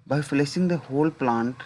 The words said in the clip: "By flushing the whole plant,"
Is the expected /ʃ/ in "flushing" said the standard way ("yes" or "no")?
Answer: no